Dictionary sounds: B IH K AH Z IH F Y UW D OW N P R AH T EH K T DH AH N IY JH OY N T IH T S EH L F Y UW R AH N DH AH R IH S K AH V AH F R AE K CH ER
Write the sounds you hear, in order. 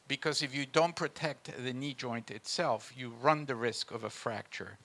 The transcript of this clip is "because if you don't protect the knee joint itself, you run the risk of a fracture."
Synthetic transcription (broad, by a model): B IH K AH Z IH F Y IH D OW N P R AH T EH K T DH AH N IY JH OY N T IH T S EH L F Y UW R AH N DH AH R IH S K AH V AH F R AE K CH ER